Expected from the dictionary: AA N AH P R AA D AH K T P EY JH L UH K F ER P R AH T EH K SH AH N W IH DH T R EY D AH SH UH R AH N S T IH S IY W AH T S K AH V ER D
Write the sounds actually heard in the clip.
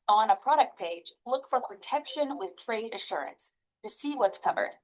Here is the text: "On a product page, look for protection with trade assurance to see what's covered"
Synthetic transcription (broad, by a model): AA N AH P R AA D AH K T P EY JH L UH K F ER P R AH T EH K SH AH N W IH DH T R EY D AH SH UH R AH N S T IH S IY W AH T S K AH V ER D